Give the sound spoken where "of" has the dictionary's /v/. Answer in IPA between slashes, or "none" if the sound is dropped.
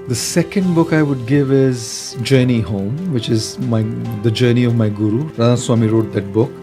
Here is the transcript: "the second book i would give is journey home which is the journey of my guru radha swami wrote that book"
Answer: /v/